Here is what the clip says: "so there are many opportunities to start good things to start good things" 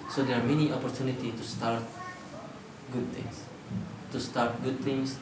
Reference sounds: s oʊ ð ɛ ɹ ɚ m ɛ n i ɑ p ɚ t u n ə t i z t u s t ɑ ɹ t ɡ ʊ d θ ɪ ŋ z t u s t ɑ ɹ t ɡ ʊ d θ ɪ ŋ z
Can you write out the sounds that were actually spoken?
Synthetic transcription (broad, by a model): s oʊ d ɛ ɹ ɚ m ɛ n i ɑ p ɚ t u n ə t i t u s t ɑ ɹ t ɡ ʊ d t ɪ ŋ s t u s t ɑ ɹ t ɡ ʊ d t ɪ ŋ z